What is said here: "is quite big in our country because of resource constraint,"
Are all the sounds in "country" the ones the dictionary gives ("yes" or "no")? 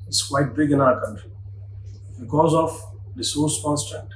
yes